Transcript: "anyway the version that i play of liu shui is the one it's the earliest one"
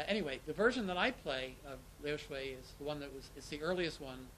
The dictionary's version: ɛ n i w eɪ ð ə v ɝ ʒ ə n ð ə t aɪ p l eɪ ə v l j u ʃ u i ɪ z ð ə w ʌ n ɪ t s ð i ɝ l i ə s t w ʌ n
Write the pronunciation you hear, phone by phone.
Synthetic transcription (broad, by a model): ɛ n i w eɪ ð ə v ɝ ʒ ə n ð ə t aɪ p l eɪ ə v l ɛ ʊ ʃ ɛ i ɪ z ð ə w ʌ n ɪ t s ð i ɝ l i ə s t w ʌ n